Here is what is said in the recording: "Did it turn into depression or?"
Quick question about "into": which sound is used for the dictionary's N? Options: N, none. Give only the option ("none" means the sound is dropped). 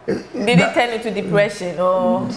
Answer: none